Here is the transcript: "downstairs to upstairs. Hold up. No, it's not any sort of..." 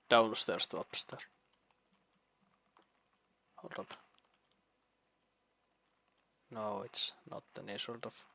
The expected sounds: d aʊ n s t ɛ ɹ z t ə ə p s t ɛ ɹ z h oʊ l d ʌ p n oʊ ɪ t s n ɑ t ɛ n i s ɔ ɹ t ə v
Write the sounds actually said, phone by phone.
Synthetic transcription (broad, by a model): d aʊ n s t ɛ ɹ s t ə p s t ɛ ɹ h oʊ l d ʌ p n oʊ ɪ t s n ɑ t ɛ n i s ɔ l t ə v